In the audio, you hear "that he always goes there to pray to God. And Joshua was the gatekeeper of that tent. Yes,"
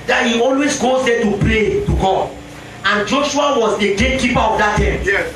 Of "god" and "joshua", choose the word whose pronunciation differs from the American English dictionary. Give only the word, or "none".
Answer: god